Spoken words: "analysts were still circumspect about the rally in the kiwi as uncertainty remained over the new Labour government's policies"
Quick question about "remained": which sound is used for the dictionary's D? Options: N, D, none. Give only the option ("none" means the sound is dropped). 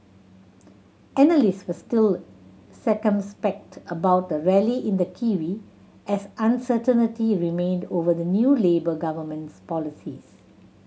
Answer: D